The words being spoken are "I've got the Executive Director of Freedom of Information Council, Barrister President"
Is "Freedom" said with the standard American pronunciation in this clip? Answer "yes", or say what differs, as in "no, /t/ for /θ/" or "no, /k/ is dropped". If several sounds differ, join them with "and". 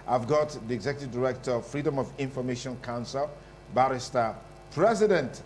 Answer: yes